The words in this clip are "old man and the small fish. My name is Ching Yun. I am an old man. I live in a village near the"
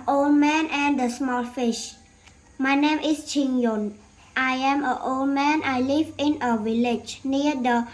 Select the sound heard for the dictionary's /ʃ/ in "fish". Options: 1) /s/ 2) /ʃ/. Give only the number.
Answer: 2